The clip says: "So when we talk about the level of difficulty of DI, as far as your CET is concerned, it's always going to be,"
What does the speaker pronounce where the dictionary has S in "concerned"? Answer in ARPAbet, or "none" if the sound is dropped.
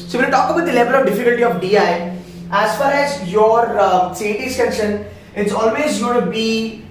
SH